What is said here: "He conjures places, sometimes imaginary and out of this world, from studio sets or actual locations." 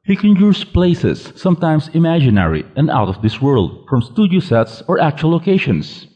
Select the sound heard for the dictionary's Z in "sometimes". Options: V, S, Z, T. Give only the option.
S